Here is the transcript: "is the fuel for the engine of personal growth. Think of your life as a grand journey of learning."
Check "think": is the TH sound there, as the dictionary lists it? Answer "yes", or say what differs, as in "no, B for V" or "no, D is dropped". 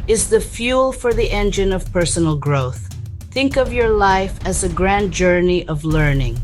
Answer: yes